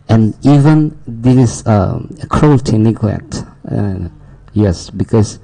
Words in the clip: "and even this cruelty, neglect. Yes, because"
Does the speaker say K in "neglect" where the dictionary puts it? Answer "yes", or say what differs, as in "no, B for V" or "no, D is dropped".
no, K is dropped